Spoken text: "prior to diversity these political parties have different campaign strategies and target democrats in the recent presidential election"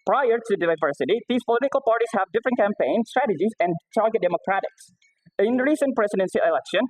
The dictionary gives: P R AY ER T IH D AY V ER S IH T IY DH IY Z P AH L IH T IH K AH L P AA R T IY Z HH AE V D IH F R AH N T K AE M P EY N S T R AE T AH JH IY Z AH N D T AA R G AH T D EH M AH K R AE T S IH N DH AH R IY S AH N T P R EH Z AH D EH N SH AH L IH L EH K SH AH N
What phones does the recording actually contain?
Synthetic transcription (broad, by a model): P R AY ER T IH D AY V ER S IH T IY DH IY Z P AH L IH T IH K AH L P AA R T IY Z HH AE V D IH F R AH N T K AE M P EY N S T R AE T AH JH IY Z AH N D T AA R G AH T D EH M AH K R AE T IH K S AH R IY S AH N P R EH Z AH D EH N S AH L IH L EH K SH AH N